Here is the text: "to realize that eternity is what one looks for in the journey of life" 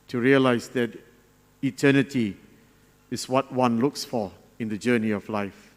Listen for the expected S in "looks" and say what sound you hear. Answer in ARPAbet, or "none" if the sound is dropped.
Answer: S